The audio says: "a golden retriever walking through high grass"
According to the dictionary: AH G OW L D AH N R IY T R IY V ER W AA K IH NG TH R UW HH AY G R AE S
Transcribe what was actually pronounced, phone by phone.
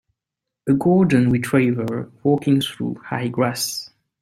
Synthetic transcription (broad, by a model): AH G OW D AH N W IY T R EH V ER W AA K IH NG TH R UW HH AY G R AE S